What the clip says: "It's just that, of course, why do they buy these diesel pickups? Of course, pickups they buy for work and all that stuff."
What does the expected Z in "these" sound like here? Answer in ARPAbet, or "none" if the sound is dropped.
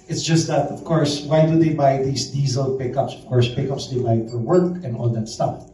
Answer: S